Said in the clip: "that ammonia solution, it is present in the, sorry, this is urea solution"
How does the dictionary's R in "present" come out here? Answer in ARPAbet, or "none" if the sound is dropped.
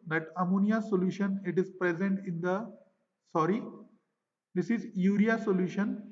R